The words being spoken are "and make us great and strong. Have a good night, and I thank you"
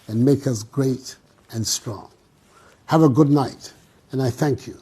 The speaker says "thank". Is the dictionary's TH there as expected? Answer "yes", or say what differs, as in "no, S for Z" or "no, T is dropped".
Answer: yes